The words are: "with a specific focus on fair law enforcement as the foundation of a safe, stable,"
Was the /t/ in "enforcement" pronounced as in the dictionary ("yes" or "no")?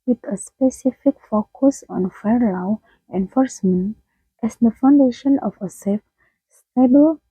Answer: yes